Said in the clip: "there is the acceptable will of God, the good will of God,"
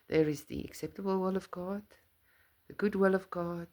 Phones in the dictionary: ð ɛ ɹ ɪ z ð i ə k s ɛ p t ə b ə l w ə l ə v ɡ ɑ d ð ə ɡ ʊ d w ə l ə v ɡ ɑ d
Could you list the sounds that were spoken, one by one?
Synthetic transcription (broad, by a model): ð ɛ ɹ ɪ z ð i ə k s ɛ p t ə b ə l w ə l ə v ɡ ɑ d ð ə ɡ ʊ d w ə l ə v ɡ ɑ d